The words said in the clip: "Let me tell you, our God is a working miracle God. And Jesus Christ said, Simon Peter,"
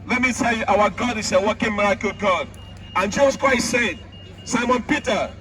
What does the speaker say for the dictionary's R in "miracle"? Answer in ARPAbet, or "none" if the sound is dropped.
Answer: R